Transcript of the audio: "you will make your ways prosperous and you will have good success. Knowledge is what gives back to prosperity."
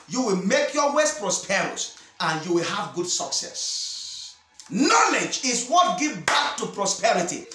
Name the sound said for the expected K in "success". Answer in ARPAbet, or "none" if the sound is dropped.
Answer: K